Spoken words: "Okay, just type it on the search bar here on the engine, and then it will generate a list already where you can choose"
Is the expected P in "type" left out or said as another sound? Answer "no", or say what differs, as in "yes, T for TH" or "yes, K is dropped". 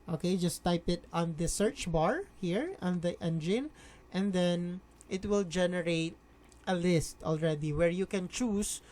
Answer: no